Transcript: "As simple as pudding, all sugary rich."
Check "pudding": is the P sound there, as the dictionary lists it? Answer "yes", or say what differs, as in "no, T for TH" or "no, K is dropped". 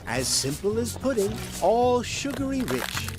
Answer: yes